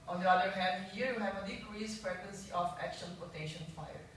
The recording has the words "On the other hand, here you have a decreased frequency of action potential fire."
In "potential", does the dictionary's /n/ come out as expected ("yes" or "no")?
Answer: no